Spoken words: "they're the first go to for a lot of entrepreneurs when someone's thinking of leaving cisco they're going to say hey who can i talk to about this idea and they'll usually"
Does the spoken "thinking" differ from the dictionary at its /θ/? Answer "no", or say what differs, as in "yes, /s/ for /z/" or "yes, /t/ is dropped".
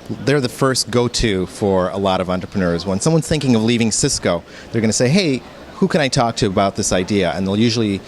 no